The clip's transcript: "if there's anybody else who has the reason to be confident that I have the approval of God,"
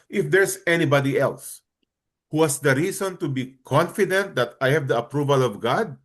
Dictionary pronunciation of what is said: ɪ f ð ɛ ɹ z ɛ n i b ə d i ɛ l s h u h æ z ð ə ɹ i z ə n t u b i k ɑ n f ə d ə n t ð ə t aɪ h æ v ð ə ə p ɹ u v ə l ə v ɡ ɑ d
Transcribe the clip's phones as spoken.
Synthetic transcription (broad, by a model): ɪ f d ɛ ɹ s ɛ n i b ə d i ɛ l s h u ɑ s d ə ɹ i s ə n t u b i k ɑ n f ə d ə n t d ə t aɪ h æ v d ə ə p ɹ u v ə l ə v ɡ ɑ d